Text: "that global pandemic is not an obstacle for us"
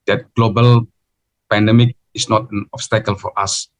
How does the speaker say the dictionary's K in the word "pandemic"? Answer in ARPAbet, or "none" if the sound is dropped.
K